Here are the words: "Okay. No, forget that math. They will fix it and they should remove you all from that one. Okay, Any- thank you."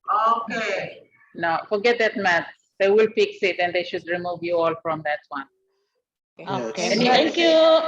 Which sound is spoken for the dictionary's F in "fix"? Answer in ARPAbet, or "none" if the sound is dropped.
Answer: P